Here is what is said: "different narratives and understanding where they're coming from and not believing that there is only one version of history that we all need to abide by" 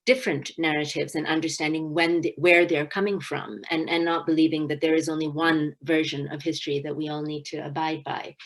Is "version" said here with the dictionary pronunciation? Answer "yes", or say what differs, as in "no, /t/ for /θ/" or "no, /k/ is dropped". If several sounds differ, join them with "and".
yes